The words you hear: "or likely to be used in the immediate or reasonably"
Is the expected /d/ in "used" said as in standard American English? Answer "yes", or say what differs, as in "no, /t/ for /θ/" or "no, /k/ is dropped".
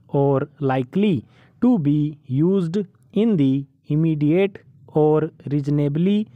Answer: yes